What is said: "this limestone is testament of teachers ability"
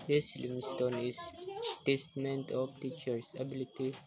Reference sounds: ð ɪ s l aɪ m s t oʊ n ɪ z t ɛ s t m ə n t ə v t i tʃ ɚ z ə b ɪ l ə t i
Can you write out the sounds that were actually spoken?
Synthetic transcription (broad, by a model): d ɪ s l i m s t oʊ n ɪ s t ɛ s t m ə n t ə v t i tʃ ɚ s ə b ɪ l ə t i